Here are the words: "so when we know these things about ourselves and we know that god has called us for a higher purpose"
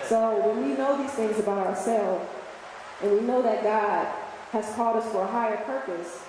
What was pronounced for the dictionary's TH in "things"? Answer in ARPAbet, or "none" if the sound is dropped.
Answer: TH